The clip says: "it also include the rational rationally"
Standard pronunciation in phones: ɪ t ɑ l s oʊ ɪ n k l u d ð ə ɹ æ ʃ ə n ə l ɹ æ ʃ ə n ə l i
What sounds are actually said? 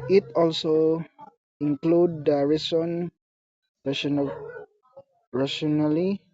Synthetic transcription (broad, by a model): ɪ t ɑ l s oʊ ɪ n k l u d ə ɹ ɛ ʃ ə n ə n ɹ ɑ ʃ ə n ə l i